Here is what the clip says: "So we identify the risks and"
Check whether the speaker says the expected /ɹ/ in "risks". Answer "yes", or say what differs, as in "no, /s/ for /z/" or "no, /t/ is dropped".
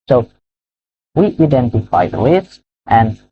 no, /l/ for /ɹ/